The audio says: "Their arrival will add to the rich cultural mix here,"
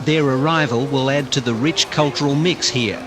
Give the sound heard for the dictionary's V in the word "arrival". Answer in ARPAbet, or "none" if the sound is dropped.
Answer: V